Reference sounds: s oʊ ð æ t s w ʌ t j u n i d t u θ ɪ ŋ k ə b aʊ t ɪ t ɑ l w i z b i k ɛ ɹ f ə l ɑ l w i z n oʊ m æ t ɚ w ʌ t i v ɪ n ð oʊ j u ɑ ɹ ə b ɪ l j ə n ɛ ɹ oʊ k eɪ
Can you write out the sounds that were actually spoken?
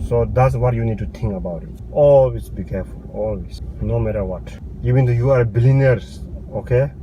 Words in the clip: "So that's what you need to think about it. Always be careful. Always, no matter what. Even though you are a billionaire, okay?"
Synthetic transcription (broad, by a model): s oʊ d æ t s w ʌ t j u n i d t u t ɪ ŋ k ə b aʊ t ɪ t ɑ l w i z b i k ɛ ɹ f ə l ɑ l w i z n oʊ m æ t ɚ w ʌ t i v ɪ n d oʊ j u ɑ ɹ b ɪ l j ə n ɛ ɹ oʊ k eɪ